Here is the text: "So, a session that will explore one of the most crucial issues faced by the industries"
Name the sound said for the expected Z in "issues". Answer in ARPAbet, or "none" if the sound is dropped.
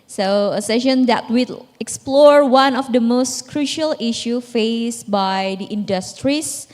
none